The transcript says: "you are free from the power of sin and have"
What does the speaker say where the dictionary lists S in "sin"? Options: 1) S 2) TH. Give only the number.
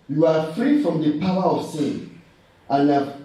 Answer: 1